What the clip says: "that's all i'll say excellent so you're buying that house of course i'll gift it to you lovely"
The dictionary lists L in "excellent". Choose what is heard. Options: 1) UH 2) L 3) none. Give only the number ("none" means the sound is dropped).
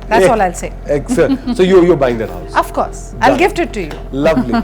3